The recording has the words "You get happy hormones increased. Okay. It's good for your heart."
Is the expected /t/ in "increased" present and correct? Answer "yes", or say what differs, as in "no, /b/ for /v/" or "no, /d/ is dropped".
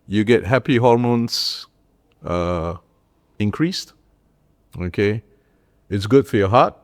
yes